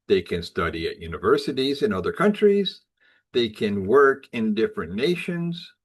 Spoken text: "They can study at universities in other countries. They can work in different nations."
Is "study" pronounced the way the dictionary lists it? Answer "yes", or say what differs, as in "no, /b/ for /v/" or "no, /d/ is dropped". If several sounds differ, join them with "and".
yes